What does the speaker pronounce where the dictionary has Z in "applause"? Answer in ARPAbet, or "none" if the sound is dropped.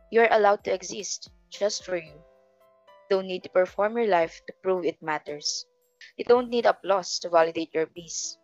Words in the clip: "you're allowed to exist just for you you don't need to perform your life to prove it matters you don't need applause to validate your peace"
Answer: S